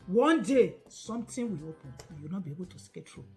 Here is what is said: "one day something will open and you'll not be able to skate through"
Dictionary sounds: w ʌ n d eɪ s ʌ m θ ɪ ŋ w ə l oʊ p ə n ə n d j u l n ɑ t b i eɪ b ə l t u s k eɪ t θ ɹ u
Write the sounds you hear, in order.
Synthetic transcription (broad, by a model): w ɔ n d eɪ s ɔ m t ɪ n w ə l oʊ p ə n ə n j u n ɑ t b i eɪ b ə l t u s k eɪ t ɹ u